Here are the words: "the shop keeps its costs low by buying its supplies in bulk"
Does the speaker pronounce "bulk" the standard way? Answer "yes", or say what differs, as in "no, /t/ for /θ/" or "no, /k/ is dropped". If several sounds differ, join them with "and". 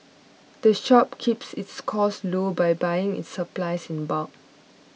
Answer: no, /l/ is dropped